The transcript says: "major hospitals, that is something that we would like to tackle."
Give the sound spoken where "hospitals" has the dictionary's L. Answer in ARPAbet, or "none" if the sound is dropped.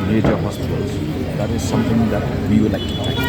none